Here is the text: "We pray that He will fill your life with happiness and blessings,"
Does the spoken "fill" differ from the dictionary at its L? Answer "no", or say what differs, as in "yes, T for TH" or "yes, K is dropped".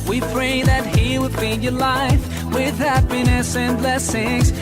yes, N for L